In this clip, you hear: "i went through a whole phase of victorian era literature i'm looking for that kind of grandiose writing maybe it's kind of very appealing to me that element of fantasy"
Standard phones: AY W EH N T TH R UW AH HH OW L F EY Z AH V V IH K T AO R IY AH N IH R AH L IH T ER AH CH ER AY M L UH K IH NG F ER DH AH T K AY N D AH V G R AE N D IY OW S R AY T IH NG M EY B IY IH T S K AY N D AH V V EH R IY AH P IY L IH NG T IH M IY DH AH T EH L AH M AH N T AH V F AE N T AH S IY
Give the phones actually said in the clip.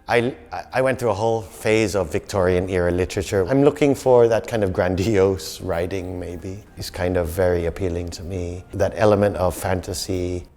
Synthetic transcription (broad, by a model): AY W EH N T TH R UW AH HH OW L F EY Z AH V V IH K T AO R IY AH N IH R AH L IH T ER AH CH ER AY M L UH K IH NG F ER DH AH T K AY N D AH V G R AE N D IY OW S R AY T IH NG M EY B IY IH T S K AY N D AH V V EH R IY AH P IY L IH NG T IH M IY DH AH T EH L AH M AH N T AH V F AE N T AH S IY